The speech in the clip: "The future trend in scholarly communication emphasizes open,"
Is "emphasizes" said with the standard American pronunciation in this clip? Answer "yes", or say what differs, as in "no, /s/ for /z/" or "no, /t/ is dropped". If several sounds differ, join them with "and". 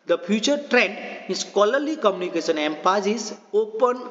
no, /p/ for /f/